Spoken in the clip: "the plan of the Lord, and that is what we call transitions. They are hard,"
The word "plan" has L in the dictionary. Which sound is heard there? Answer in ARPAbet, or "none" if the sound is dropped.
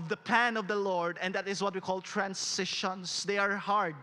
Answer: none